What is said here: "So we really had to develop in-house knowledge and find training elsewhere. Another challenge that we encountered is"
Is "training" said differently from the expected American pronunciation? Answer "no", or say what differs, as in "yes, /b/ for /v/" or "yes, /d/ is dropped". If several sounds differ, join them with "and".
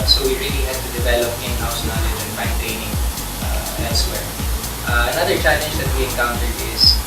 yes, /ɹ/ is dropped